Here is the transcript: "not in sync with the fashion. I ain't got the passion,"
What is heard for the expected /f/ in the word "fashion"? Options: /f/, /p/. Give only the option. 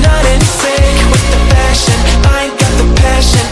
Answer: /p/